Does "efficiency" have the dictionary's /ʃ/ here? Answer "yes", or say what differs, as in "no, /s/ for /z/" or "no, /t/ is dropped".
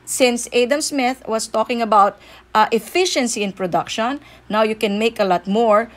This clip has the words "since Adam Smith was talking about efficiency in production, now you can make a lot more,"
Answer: yes